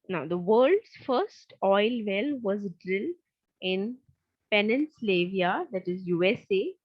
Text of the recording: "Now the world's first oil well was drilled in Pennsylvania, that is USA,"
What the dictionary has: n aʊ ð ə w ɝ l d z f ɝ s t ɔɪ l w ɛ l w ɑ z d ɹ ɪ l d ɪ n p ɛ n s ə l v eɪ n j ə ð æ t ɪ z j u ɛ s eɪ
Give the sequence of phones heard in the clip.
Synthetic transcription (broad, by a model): n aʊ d ə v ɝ l d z f ɝ s t ɔɪ l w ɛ l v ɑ z d ɹ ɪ l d ɪ n p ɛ n ə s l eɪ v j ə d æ t ɪ z j u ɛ s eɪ